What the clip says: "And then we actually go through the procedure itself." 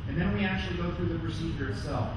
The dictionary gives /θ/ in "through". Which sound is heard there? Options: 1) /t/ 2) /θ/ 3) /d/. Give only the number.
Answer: 2